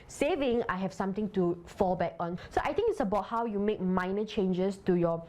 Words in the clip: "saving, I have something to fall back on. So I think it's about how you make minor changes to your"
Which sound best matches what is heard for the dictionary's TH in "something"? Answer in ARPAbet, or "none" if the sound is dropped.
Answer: T